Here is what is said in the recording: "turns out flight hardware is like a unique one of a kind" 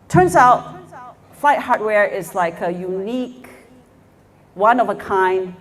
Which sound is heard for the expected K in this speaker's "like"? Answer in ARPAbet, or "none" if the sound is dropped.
K